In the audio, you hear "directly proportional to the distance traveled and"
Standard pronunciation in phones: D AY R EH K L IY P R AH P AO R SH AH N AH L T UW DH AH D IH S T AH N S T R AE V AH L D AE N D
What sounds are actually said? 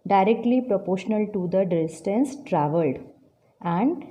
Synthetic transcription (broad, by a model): D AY R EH K L IY P R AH P AO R SH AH N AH L T UW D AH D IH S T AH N S T R AE V AH L D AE N D